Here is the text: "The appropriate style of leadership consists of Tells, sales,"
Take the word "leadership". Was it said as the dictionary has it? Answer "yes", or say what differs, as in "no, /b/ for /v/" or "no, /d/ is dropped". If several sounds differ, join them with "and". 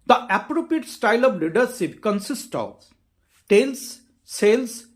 no, /s/ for /ʃ/